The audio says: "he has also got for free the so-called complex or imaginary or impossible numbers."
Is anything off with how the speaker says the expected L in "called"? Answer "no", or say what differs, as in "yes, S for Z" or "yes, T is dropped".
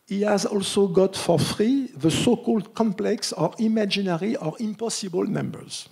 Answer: no